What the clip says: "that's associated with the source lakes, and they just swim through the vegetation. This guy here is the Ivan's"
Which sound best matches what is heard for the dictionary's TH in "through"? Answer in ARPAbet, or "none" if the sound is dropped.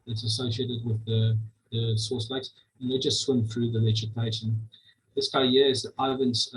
TH